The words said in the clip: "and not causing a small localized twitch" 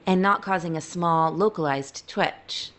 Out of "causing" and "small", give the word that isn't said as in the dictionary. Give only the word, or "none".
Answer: none